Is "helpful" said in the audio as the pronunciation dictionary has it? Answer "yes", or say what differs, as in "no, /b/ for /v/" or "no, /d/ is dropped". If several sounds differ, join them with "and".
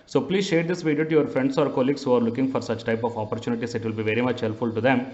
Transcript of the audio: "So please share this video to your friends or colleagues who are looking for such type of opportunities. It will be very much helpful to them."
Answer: no, /p/ is dropped